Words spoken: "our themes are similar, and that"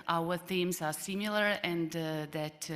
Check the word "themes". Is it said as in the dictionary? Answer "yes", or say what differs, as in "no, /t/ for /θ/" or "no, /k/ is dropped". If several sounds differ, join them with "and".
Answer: yes